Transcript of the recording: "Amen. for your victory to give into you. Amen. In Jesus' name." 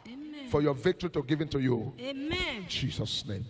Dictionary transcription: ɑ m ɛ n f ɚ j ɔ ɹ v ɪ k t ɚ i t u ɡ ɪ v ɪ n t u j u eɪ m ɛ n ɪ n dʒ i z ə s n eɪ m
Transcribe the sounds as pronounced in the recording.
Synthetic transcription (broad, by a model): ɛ f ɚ j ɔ v ɪ k t ɚ i t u ɡ ɪ v ɪ n t u j u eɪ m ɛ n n dʒ i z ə s n eɪ m